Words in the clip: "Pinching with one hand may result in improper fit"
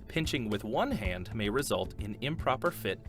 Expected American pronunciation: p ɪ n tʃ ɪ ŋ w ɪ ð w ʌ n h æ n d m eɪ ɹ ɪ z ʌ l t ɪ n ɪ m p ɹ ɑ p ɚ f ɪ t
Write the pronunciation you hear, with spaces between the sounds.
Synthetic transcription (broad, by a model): p ɪ n tʃ ɪ ŋ w ɪ ð w ʌ n h æ n d m eɪ ɹ ɪ z ʌ l t ɪ n ɪ m p ɹ ɑ p ɚ f ɪ t